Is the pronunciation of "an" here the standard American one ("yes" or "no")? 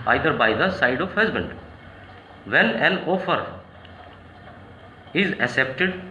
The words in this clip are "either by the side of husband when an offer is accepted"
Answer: no